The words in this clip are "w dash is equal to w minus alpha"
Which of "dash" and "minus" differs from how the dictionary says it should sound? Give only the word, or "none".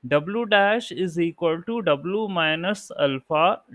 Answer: none